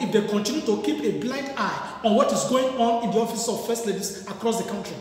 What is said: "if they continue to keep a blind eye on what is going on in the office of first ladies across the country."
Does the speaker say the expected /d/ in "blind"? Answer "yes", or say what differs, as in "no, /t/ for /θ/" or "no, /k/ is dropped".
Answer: yes